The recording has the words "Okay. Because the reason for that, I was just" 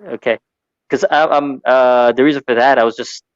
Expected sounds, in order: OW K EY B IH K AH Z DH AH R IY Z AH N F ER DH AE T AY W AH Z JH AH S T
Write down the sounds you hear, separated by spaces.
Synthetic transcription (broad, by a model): OW K EY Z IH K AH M DH AH R IY Z AH N F ER DH AE T AY W AH Z JH AH S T